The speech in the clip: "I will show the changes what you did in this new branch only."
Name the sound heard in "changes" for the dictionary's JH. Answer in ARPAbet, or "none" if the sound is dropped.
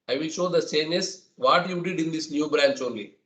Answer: none